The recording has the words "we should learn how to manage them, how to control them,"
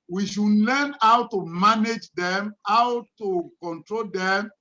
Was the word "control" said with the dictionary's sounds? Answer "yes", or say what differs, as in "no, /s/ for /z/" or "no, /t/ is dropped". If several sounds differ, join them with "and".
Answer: yes